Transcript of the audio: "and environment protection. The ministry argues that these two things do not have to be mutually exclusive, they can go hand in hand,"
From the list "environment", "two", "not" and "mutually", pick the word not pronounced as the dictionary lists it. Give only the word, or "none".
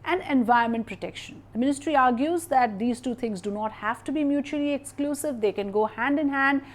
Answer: environment